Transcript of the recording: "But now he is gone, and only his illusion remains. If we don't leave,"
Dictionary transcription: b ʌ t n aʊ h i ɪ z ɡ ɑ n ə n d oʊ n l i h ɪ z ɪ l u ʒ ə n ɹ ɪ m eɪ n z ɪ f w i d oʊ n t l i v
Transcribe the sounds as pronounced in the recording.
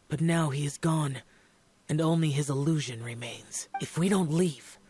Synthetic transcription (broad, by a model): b ʌ t n aʊ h i ɪ z ɡ ɑ n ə n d oʊ n l i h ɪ z ɪ l u ʒ ə n ɹ ɪ m eɪ n z ɪ f w i d oʊ n t l i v